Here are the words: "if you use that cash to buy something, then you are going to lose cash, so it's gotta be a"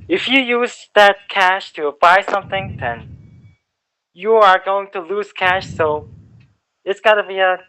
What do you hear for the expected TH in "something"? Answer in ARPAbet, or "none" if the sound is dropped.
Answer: TH